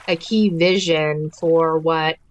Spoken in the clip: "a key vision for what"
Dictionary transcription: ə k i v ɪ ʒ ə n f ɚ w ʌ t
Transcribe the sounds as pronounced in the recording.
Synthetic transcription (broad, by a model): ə k i v ɪ ʒ ə n f ɚ w ʌ t